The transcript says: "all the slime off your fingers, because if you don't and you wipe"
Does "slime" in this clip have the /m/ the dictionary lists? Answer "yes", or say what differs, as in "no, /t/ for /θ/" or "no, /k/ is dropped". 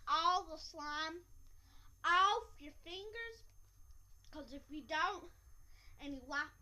yes